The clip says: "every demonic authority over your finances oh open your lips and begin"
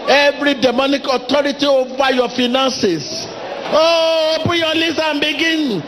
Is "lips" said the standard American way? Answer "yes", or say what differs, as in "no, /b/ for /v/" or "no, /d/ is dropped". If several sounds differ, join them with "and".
no, /p/ is dropped